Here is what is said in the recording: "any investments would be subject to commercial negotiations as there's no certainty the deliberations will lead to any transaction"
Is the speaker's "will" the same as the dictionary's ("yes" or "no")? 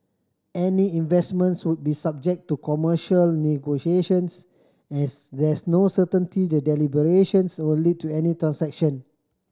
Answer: no